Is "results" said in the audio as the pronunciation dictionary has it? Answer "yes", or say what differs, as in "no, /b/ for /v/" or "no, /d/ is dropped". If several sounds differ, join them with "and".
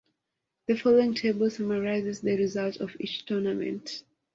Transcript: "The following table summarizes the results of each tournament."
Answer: no, /s/ is dropped